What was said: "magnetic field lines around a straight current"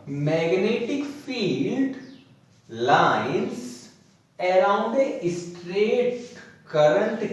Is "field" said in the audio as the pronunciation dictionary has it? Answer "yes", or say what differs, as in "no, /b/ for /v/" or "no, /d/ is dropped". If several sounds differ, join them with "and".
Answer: yes